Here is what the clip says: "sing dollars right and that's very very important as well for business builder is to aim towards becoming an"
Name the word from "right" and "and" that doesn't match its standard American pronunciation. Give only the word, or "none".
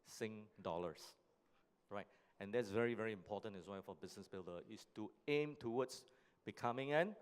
none